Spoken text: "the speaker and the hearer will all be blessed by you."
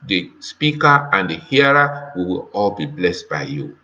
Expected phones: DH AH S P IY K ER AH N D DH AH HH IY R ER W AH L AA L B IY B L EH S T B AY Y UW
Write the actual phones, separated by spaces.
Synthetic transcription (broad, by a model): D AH S P IY K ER AH N D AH HH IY R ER W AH W AA L B IY B L EH S T B AY Y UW